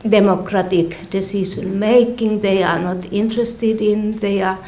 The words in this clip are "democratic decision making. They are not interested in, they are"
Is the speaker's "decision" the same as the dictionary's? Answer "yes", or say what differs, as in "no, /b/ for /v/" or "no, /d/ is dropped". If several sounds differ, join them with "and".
no, /s/ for /ʒ/